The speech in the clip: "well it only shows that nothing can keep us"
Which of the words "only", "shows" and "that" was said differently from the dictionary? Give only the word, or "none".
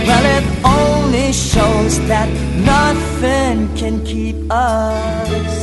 none